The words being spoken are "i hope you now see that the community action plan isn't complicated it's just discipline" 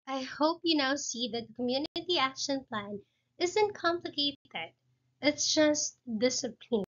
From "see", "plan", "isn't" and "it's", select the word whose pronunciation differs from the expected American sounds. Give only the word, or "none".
none